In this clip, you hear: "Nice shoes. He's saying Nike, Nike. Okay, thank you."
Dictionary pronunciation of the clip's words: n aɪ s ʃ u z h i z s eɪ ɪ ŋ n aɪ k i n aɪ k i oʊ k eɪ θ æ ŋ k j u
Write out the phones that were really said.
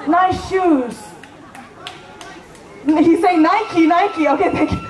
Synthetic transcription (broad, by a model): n aɪ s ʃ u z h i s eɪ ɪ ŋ n aɪ k i n aɪ k i oʊ k eɪ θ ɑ k